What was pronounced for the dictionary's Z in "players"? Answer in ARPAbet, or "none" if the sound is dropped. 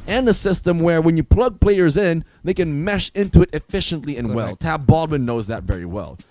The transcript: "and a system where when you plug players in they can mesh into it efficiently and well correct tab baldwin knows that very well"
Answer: Z